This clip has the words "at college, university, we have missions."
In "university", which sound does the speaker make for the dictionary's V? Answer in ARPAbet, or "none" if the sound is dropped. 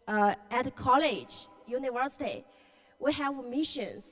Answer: V